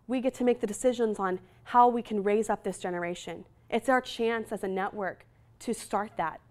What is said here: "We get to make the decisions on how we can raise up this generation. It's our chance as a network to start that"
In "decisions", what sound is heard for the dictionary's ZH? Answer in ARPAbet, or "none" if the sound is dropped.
ZH